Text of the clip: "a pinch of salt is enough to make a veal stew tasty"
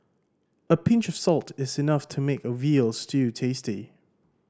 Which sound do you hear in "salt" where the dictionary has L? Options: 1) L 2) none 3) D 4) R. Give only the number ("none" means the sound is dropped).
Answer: 1